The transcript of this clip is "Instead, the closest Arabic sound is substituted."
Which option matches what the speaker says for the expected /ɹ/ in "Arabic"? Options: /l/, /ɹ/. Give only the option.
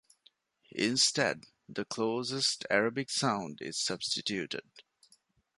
/ɹ/